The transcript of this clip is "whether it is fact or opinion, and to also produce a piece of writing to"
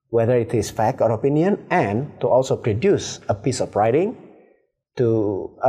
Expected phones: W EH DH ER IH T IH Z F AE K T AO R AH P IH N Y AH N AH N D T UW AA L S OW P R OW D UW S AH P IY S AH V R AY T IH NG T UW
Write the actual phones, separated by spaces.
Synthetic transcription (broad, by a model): W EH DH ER IH T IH S F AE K AO R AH P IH N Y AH N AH N T UW AA L S OW P R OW D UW S AH P IY S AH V R AY T IH NG T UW